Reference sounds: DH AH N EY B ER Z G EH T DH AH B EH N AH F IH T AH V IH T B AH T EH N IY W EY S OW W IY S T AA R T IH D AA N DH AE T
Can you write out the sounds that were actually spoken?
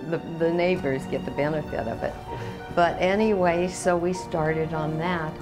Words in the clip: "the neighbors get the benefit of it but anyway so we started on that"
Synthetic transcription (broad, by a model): DH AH N EY B ER Z G EH T DH AH B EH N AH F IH T AH V IH T B AH T EH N IY W EY S OW W IY S T AA R T IH D N DH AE T